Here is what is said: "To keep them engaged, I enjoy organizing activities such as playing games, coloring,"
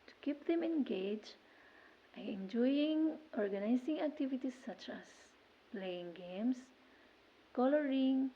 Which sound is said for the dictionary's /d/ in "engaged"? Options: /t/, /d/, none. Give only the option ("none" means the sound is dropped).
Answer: none